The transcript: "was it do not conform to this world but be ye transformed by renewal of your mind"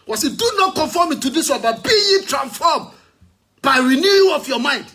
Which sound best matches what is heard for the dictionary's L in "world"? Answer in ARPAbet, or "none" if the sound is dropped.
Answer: N